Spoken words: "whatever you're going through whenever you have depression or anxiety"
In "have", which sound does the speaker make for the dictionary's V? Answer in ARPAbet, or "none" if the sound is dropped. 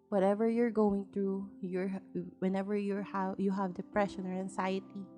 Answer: V